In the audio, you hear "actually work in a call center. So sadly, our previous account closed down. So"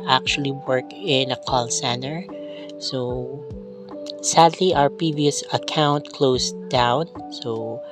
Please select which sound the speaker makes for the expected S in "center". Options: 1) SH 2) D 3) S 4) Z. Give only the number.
3